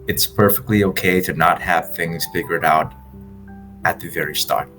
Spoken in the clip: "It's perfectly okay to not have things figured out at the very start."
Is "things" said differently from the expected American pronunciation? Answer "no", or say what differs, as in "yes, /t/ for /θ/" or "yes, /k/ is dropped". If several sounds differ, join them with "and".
no